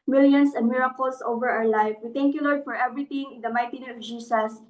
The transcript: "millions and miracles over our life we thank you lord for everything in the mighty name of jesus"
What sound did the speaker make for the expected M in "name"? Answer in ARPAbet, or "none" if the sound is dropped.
none